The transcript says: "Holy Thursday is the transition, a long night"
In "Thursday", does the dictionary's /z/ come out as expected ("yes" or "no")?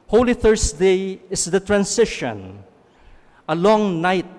no